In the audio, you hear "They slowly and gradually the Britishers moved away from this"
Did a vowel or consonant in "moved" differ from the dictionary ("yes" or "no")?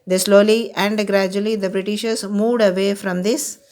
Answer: no